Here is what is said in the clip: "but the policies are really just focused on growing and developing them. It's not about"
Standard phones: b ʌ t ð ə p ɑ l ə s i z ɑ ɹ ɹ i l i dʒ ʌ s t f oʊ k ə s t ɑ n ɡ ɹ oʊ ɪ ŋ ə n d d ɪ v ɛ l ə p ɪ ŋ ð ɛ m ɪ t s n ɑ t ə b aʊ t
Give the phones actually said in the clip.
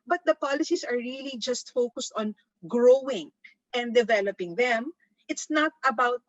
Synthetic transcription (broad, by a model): b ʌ t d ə p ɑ l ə s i s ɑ ɹ ɹ i l i dʒ ʌ s t f oʊ k ə s t ɑ n ɡ ɹ oʊ ɪ ŋ ə n d d ɪ v ɛ l ə p ɪ ŋ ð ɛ m ɪ t s n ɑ t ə b aʊ t